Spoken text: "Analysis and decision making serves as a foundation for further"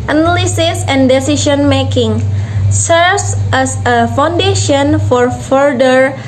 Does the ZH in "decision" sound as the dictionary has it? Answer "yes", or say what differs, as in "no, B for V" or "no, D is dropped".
no, SH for ZH